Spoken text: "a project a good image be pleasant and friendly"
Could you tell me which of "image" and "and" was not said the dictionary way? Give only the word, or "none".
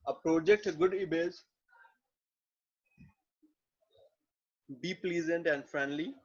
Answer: image